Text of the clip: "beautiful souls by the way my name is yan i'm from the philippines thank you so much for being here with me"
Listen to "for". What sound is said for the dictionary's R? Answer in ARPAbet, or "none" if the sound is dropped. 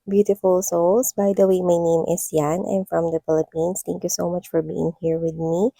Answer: R